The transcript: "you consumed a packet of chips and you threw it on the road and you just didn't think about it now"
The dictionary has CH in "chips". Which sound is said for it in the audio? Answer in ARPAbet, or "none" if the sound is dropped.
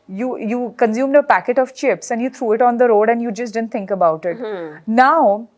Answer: CH